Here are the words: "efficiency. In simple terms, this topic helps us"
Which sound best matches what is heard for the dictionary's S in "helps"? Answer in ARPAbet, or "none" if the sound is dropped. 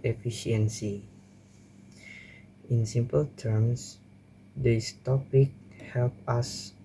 none